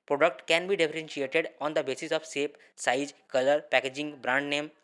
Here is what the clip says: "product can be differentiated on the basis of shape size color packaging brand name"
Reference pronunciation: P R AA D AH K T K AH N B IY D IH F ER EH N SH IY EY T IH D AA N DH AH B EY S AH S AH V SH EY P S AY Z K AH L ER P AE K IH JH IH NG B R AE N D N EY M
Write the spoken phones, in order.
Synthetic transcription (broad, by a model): P R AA D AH K T K AH N B IY D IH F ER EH N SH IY EY T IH D AA N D AH B EY S AH S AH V S EY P S AY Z K AH L ER P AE K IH JH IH NG B R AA N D N EY M